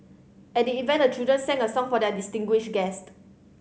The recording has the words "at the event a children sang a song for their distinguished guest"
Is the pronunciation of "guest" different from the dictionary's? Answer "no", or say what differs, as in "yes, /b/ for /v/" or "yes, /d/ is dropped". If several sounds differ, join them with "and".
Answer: no